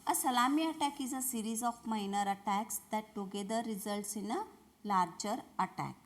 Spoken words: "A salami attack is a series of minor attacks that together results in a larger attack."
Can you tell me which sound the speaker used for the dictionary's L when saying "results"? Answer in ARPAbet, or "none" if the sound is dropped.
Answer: L